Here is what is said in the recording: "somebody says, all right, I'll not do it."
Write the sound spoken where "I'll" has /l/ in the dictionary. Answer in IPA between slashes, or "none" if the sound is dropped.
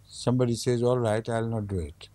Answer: /l/